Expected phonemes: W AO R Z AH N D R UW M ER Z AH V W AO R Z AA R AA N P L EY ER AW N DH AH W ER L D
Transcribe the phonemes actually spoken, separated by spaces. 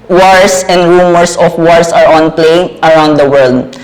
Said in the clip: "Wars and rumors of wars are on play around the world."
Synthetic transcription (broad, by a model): W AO R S AH N D R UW M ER S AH F W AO R S AA R AA N P L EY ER AW N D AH W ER L D